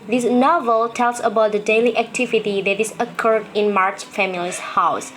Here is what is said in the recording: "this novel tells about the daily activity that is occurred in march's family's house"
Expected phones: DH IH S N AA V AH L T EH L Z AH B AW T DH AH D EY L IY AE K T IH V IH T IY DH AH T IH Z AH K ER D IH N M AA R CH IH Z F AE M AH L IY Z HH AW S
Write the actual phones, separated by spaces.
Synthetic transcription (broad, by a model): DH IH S N AA V AH L T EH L S AH B AW T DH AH D EY L IY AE K T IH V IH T IY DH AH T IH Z AH K ER D IH N M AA R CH F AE M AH L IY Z HH AW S